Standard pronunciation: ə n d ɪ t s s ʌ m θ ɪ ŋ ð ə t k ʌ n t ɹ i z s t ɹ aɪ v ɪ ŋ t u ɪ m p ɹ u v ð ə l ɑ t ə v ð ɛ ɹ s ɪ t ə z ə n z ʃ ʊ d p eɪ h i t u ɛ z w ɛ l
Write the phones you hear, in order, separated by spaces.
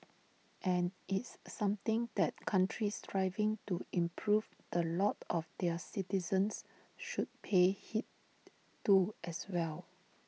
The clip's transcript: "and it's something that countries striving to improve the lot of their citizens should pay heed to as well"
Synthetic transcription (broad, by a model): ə n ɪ t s s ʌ m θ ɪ ŋ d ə t k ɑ n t ɹ i s t ɹ aɪ v ɪ ŋ t u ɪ m p ɹ u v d ə l ɑ t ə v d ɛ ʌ s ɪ t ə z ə n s ʃ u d p eɪ h i t u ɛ s w ɛ l